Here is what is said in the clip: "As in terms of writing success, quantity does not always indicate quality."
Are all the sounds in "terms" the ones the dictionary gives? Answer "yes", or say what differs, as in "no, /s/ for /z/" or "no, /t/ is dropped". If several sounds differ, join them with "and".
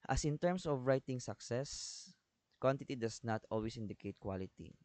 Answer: no, /s/ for /z/